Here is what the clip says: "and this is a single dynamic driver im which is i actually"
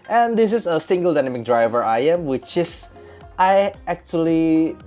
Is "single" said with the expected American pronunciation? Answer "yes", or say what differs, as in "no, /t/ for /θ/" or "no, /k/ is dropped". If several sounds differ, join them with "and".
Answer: yes